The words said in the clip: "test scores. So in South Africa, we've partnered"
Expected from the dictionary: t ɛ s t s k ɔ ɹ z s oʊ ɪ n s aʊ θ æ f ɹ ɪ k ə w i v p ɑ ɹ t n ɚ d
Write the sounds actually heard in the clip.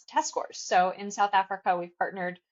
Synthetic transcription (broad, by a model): t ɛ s s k ɔ ɹ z s oʊ ɪ n s aʊ θ æ f ɹ ɪ k ə w i v p ɑ ɹ t n ɚ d